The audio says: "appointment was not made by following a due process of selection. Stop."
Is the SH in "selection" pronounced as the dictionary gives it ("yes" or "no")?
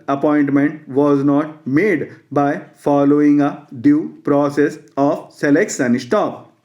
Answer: no